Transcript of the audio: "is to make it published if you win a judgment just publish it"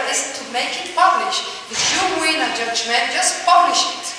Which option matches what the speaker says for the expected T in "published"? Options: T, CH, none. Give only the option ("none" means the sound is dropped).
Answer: none